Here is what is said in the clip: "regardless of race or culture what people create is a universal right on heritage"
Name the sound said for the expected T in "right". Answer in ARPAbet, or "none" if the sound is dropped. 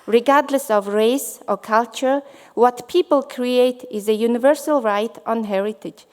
T